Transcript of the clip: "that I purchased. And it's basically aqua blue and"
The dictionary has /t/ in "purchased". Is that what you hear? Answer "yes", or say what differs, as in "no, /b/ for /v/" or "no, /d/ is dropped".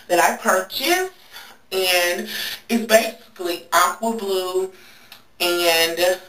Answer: no, /t/ is dropped